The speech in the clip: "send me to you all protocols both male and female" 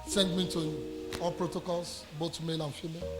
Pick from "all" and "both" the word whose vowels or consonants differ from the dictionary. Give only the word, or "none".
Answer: both